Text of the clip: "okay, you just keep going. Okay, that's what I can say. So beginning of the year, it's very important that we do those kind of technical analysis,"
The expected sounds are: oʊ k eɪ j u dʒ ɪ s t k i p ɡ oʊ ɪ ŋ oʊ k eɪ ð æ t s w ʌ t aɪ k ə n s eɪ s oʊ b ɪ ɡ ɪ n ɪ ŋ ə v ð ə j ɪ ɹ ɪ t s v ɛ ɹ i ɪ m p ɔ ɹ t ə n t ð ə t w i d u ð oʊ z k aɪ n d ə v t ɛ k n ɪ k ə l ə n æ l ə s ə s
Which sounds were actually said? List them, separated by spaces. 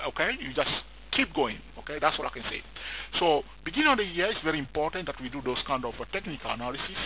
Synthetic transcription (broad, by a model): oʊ k eɪ j u dʒ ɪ s k i p ɡ oʊ ɪ ŋ oʊ k eɪ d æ t s w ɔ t aɪ k ə n s eɪ s oʊ b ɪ ɡ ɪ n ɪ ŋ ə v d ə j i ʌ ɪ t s v ɛ ɹ i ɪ m p ɔ t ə n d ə t w i d u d oʊ s k aɪ n d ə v t ɛ k n ɪ k ə l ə n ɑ l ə s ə s